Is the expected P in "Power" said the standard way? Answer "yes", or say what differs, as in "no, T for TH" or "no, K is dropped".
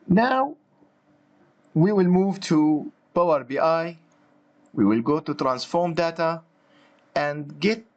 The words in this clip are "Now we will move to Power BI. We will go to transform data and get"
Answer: no, B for P